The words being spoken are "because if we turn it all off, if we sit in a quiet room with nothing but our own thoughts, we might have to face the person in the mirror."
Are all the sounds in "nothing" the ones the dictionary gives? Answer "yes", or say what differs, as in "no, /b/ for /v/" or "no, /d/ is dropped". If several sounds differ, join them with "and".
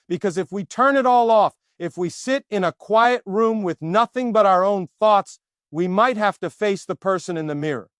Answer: yes